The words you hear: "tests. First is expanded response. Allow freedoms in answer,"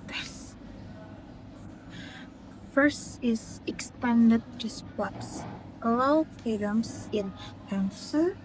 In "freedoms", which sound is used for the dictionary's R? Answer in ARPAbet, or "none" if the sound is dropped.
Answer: none